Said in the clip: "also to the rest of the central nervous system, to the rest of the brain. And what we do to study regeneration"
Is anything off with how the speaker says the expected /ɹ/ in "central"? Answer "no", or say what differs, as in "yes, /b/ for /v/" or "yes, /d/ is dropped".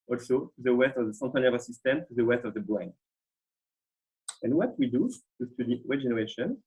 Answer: yes, /ɹ/ is dropped